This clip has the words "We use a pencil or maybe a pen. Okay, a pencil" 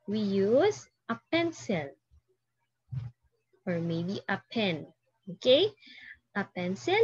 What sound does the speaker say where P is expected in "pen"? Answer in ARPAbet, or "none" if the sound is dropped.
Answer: P